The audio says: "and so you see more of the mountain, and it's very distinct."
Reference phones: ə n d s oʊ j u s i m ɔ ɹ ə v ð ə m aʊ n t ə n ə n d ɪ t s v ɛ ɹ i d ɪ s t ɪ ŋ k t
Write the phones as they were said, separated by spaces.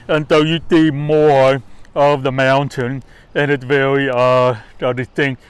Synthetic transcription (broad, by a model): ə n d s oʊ j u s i m ɔ ɹ ə v ð ə m aʊ n t ə n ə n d ɪ t s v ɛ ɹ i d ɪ s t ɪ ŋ k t